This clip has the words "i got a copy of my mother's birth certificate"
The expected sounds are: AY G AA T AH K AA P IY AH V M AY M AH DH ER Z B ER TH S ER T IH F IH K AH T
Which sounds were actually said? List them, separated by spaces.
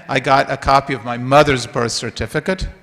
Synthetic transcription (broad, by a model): AY G AA T AH K AA P IY AH V M AY M AH DH ER Z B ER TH S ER T IH F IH K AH T